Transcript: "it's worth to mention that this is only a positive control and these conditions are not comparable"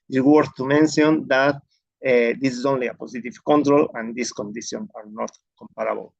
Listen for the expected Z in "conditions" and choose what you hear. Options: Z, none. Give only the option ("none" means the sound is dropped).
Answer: none